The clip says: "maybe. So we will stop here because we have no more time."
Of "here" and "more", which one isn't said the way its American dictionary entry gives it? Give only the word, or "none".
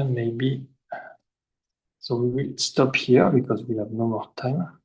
none